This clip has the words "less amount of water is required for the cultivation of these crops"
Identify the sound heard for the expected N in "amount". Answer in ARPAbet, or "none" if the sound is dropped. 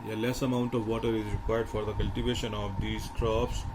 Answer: N